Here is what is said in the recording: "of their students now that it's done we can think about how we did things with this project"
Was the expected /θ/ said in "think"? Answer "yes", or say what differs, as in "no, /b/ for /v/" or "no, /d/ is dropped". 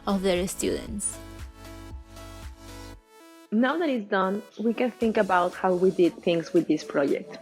yes